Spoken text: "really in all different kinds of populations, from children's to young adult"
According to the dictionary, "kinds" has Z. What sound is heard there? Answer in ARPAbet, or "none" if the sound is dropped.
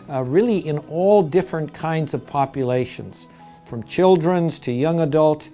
Z